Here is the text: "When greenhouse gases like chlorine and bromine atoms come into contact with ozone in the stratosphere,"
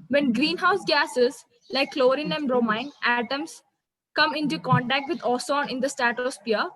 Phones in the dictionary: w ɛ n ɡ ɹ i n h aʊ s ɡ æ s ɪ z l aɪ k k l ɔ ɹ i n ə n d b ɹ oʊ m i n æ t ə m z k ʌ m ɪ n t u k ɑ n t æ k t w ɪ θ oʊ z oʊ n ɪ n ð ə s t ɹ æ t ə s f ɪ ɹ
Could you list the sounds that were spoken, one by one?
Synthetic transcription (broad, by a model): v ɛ n ɡ ɹ i n h aʊ s ɡ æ s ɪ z l aɪ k k l ɔ ɹ i n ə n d ɹ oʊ m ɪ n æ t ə m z k ʌ m ɪ n t u k ɑ n t æ k t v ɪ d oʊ s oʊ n ɪ n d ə s t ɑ t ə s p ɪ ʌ